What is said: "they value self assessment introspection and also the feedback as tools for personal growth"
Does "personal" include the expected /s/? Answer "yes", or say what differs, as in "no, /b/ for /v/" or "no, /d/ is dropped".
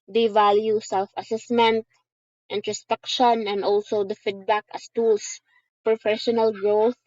no, /ʃ/ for /s/